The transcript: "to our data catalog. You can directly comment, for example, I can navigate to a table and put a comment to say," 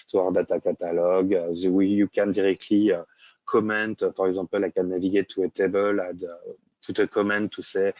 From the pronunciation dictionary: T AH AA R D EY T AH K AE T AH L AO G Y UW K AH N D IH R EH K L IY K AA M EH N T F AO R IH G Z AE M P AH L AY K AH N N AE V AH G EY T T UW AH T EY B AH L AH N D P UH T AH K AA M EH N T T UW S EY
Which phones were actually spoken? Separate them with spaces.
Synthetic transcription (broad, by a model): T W AA R D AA T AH K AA T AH L AO G Y UW K AH N D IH R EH K L IY K AA M EH N T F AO R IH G Z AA P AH L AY K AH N N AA V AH G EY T T UW AH T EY B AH L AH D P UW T AH K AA M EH N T T UW S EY